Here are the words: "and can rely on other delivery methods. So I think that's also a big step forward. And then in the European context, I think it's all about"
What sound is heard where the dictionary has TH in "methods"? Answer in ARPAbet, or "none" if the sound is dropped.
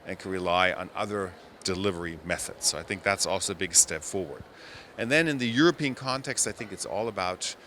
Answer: TH